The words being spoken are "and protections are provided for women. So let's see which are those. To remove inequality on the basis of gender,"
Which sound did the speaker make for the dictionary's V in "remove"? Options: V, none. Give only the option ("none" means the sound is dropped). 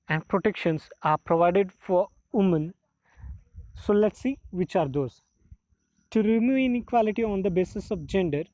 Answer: none